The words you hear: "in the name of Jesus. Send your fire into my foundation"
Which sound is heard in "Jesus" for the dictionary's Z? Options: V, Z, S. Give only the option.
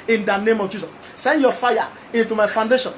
S